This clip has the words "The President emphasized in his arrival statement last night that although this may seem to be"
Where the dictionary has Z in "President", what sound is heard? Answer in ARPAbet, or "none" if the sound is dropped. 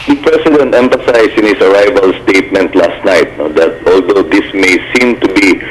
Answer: S